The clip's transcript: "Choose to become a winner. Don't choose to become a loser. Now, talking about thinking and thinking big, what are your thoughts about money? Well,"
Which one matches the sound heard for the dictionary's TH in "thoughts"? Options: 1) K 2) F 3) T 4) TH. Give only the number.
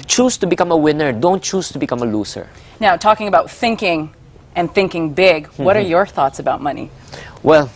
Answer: 4